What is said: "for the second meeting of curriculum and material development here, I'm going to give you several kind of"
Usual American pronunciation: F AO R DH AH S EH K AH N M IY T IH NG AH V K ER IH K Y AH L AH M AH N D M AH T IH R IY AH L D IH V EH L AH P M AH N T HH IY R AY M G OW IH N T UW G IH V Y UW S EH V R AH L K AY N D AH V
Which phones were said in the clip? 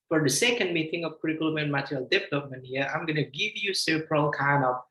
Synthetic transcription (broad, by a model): F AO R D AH S EH K AH N M IY T IH NG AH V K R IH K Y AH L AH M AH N M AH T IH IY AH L D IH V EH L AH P M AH N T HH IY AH AY M G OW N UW G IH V Y UW S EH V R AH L K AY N AH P